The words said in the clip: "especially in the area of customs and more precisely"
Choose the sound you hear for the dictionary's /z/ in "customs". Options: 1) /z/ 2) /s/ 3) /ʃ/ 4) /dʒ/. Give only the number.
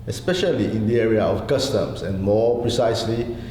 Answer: 2